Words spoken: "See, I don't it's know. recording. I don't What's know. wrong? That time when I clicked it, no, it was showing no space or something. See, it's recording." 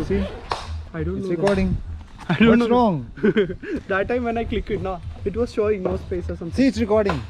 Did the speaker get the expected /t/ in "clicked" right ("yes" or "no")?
no